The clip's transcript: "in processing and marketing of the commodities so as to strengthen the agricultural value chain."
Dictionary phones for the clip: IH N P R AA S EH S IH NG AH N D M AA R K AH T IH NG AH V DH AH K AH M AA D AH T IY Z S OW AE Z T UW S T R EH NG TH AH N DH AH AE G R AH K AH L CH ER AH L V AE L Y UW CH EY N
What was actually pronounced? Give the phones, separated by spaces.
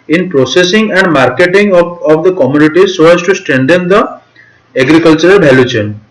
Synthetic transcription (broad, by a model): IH N P R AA S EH S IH NG AH N D M AA R K AH T IH NG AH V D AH K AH M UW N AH T IY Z S OW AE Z T UW S T R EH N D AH N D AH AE G R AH K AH L CH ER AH L B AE L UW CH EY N